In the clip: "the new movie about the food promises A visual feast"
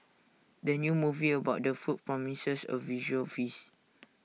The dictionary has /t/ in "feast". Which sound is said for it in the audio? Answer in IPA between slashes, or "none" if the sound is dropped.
none